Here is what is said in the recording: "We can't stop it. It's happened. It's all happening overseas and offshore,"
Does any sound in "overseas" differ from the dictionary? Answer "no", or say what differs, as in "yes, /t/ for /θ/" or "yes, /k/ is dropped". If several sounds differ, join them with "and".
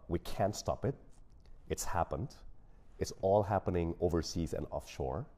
no